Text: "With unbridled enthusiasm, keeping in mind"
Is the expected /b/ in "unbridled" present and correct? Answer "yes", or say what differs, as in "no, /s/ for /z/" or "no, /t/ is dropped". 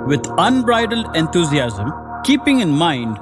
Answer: yes